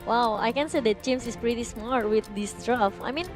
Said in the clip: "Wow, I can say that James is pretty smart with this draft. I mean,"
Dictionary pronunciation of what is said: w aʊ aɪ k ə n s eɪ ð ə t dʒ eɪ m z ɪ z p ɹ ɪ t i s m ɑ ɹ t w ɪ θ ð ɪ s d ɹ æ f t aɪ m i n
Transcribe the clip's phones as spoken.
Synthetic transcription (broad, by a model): w aʊ aɪ k ə n s eɪ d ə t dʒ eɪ m s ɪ s p ɹ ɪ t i s m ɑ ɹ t w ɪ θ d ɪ s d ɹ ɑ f aɪ m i n